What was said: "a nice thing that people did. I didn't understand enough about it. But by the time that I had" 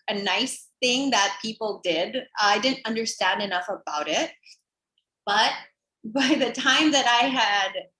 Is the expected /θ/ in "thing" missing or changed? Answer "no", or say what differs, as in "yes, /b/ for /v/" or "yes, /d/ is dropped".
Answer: no